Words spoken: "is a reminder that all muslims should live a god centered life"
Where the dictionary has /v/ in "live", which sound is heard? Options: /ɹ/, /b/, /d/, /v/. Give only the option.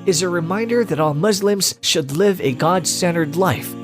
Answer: /v/